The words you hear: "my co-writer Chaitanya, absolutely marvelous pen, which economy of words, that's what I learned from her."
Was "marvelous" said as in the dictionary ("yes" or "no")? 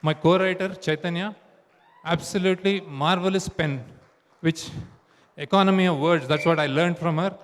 yes